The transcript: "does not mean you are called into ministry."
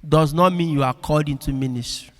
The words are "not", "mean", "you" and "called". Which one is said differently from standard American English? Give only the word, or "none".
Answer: called